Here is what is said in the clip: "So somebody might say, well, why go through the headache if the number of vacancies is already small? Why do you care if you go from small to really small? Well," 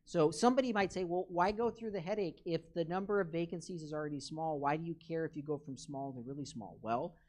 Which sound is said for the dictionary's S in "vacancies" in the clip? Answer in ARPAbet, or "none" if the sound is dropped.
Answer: S